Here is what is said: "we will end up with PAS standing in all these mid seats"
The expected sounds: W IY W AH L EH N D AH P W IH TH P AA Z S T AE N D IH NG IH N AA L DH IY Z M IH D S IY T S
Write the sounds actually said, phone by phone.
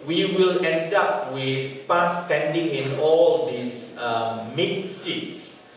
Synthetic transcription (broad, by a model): W IY W AH L EH N D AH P W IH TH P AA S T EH N D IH NG IH N AA L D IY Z M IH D S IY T S